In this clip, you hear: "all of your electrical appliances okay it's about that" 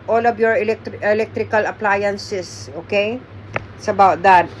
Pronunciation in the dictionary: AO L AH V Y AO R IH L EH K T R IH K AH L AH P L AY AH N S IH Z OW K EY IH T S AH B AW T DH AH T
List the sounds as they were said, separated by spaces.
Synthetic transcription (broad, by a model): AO L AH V Y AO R IH L EH K T R IH K AH L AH P L AY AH N S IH S OW K EY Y S AH B AW T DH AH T